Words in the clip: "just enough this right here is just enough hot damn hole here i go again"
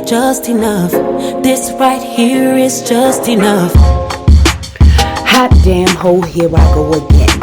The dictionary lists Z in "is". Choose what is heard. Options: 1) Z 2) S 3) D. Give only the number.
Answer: 1